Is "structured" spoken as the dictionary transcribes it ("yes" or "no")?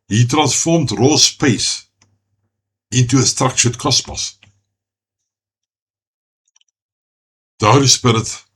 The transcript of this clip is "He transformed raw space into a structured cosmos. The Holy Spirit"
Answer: no